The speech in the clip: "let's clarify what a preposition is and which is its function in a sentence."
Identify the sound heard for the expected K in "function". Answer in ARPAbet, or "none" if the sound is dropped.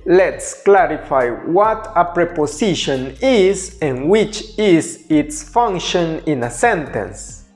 K